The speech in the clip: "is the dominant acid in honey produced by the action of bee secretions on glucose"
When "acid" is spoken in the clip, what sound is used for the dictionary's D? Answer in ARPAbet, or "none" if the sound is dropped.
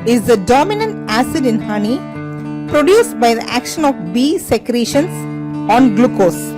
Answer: D